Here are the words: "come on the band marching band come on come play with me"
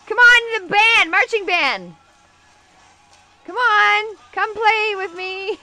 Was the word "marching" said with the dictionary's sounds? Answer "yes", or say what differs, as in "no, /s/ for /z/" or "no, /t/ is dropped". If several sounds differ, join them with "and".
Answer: yes